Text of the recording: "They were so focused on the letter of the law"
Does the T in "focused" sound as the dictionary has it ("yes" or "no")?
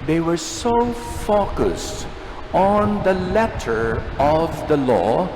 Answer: yes